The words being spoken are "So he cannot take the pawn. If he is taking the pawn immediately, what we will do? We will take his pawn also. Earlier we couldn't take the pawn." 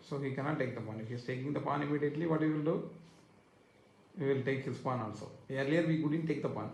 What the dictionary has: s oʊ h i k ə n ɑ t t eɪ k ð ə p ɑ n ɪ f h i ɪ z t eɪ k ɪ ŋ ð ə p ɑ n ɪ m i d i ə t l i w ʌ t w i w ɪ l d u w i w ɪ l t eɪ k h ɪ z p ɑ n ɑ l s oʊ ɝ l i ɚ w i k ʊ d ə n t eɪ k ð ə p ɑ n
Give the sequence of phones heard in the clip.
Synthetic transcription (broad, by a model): s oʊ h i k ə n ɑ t t eɪ k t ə p ɑ n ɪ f h i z t eɪ k ɪ ŋ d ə p ɑ n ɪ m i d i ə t l i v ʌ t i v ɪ l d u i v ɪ l t eɪ k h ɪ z p ɑ n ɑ n s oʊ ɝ l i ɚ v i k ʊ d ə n t eɪ k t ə p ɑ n